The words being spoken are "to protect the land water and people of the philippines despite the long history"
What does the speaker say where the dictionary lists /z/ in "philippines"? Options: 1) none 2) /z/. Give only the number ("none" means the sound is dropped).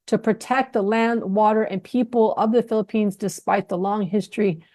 2